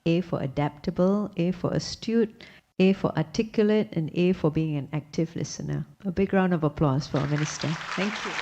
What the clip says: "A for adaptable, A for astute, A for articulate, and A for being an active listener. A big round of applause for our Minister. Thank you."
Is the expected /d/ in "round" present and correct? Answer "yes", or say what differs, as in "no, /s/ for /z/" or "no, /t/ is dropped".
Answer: yes